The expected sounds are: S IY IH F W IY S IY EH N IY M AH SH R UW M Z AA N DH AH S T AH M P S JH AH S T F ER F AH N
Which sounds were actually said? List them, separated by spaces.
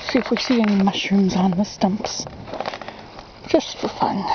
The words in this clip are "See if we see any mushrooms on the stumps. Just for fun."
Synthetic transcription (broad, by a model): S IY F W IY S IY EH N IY M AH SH UW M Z AA N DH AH S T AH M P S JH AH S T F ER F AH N